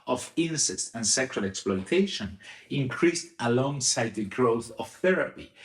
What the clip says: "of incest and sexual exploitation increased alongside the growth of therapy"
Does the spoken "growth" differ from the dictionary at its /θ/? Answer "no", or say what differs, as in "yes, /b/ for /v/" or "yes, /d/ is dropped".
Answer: no